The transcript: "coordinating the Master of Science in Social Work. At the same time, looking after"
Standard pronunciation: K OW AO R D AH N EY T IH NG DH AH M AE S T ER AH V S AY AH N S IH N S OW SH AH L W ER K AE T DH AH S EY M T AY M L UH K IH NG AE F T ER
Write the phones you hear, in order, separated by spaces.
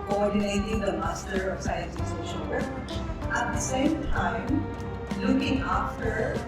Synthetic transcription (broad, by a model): K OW AO R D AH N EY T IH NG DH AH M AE S T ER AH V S AY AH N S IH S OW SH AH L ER AE T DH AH S EY M T AY M L UH K IH NG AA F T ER